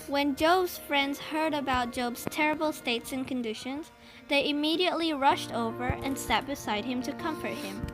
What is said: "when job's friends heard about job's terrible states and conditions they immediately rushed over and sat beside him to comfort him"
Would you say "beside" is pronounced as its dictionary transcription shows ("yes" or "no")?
yes